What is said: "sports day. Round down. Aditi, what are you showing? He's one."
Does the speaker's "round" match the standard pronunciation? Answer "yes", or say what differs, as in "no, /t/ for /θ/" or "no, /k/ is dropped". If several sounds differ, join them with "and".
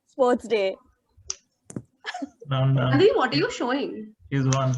no, /l/ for /ɹ/